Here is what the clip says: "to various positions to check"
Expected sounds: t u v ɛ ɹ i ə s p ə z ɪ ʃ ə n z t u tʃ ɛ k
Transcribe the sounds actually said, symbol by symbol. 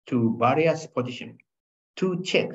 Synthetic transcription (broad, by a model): t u b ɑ ɹ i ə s p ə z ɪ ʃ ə n t u tʃ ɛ k